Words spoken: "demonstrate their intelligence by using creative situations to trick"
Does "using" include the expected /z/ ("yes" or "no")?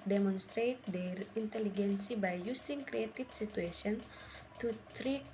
no